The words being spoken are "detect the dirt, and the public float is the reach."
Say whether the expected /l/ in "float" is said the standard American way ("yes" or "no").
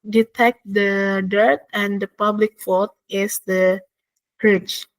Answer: no